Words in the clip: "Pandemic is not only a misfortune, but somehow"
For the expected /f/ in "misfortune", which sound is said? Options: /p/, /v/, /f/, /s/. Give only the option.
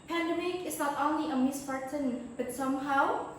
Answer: /p/